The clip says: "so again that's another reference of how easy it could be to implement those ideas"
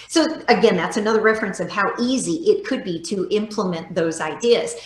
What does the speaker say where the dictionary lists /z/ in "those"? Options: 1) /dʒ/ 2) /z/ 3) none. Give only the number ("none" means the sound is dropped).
2